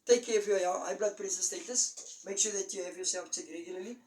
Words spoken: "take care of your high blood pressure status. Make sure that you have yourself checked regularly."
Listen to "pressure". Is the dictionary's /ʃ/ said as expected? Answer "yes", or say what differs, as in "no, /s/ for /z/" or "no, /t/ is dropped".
no, /s/ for /ʃ/